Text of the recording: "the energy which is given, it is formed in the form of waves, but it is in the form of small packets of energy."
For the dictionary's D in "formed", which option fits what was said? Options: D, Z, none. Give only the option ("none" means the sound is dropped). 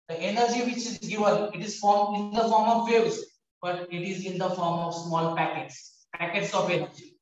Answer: none